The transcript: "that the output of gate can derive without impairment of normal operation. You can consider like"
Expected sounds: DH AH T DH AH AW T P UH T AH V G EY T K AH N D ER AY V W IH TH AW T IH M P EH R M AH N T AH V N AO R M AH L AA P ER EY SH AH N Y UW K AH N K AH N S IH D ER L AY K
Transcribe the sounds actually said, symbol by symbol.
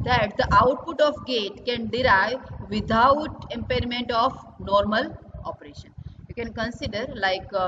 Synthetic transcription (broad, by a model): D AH T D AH AW T P UH T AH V G EY T K AH N D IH AY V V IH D AW T IH M P EH R M AH N T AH F N AO R M AH L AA P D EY SH AH N Y UW K AH N K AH N S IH D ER L AY K